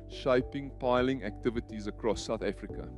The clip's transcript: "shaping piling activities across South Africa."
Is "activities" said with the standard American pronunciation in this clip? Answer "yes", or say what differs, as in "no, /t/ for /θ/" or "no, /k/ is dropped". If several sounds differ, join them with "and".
yes